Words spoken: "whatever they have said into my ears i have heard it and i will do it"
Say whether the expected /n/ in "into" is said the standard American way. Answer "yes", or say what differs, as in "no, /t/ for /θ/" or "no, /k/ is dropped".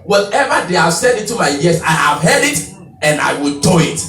no, /n/ is dropped